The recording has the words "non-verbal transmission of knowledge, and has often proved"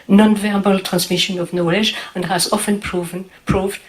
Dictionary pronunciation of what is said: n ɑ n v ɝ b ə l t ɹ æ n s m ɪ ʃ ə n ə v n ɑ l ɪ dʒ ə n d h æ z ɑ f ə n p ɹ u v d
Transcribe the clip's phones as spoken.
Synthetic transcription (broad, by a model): n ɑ n v ɝ b ə l t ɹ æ n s m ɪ ʃ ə n ə v n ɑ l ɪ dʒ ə n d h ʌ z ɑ f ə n p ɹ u v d